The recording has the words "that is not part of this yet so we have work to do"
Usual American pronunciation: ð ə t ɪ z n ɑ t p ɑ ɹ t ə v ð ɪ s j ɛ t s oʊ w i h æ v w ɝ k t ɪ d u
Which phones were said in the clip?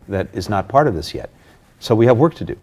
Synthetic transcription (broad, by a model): ð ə t ɪ z n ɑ t p ɑ ɹ t ə v ð ɪ s j ɛ t s oʊ w i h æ v w ɝ k t ɪ d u